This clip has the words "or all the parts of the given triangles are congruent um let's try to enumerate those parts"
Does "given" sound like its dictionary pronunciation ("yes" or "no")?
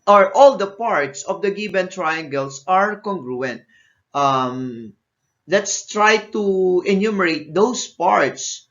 no